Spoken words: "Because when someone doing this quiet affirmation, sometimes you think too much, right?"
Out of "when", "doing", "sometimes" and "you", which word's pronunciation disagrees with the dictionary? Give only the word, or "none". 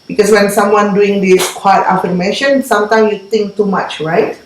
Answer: sometimes